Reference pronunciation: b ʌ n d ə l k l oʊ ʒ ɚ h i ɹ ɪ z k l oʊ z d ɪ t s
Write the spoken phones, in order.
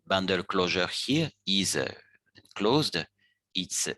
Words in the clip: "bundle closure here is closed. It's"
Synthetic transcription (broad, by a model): b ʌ n d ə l k l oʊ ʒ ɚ h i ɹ ɪ z k l oʊ z d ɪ t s